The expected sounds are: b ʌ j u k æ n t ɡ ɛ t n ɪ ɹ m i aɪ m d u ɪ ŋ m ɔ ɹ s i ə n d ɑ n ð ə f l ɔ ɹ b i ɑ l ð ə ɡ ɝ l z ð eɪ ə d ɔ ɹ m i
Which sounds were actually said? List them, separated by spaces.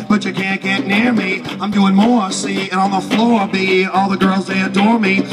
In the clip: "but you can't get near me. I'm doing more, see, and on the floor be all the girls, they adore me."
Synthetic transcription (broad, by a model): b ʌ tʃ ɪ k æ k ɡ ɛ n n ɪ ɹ m i aɪ m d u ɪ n m ɔ ɹ s i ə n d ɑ n ð ə f l ɔ ɹ b i ɑ l ð ə ɡ ɝ l z ð eɪ ə d ɔ ɹ m i